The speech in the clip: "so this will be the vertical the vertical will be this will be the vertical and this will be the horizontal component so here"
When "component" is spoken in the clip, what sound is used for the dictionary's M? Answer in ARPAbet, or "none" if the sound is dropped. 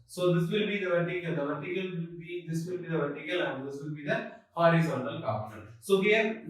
none